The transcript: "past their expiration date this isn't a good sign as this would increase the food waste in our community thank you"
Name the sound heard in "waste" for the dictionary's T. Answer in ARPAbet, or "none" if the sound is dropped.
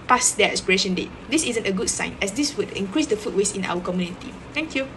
none